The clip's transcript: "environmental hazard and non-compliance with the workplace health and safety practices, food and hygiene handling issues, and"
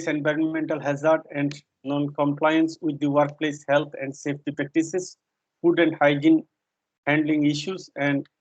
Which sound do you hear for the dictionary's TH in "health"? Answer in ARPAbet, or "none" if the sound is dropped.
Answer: T